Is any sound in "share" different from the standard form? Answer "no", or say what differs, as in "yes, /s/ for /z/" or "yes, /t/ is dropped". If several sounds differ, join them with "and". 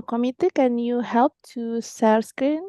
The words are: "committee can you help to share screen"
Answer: yes, /s/ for /ʃ/